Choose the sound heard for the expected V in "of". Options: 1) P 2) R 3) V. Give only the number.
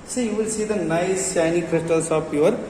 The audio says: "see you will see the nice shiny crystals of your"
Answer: 1